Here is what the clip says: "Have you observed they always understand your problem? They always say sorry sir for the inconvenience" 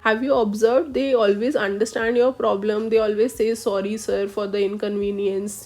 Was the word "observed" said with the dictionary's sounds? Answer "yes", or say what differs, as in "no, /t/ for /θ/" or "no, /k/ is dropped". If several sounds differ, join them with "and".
yes